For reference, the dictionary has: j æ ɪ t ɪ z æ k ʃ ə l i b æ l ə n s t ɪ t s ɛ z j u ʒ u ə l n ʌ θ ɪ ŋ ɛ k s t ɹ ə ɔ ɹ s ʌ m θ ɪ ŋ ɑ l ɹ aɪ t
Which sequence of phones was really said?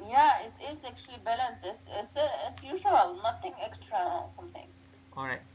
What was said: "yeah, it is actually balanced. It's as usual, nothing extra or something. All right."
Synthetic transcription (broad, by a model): j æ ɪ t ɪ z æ k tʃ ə l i b æ l ə n s t ɪ t s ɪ s j u ʒ u ə l n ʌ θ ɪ ŋ ɛ k s t ɹ ə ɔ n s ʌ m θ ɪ ŋ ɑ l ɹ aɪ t